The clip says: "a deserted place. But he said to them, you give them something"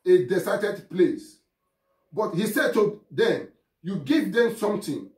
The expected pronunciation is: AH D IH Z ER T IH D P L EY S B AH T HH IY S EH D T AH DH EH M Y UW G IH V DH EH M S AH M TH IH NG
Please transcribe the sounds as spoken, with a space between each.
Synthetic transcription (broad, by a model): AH D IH S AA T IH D P L EY S B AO T HH IY S EH D T AH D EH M Y UW G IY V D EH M S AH M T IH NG